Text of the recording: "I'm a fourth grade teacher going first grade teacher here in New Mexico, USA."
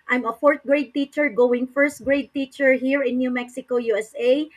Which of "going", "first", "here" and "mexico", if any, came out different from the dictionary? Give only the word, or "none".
none